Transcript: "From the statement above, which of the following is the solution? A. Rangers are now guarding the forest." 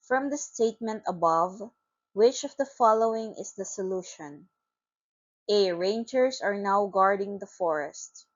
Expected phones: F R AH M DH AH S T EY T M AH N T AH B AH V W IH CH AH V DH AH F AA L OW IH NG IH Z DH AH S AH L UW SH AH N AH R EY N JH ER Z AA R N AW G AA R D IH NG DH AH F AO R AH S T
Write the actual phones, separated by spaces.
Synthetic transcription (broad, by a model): F R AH M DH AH S T EY T M AH N T AH B AH V W IH CH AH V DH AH F AA L OW IH NG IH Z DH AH S AH L UW SH AH N AH R EY N JH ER S AA R N AW G AA R D IH NG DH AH F AO R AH S T